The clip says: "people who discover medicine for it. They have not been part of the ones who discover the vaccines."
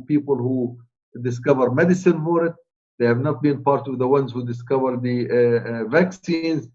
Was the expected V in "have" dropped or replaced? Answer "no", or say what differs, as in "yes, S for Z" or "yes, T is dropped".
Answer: no